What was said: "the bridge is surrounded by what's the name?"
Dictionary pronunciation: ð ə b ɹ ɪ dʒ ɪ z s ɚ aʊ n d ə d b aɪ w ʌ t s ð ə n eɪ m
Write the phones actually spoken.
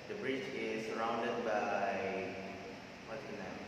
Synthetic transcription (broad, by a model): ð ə b ɹ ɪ tʃ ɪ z s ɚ aʊ n d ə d b aɪ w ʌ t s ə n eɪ